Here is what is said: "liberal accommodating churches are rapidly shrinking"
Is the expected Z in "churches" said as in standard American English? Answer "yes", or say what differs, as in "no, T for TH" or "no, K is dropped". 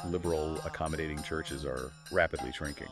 yes